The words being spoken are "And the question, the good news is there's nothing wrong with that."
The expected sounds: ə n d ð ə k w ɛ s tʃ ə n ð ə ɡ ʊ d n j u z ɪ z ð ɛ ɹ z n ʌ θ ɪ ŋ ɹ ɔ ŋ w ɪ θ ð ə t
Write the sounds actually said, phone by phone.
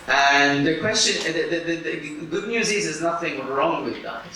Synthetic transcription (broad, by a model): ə n ð ə k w ɛ s tʃ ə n ð ə ɡ ʊ d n j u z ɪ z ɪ z n ʌ θ ɪ ŋ ɹ ɔ ŋ w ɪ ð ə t